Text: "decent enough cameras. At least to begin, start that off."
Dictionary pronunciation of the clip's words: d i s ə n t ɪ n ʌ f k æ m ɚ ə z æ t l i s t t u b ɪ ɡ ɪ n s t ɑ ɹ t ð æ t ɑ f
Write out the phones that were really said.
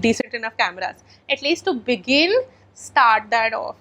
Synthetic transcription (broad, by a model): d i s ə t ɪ n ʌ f k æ m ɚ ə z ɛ t l i s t t u b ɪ ɡ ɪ l s t ɑ ɹ t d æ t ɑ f